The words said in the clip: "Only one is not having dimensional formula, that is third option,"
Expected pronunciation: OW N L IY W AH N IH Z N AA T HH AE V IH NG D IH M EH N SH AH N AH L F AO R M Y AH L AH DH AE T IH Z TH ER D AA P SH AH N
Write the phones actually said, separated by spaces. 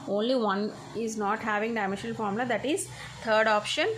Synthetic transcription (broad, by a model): OW N L IY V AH N IH Z N AA T HH AE V IH NG D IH IH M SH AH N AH L F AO R M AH L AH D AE T IH Z T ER D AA P SH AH N